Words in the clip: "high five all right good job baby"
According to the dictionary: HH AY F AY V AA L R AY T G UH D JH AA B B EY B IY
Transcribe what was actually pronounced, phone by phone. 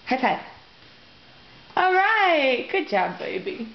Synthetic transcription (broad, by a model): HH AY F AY AA L R AY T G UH D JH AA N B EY B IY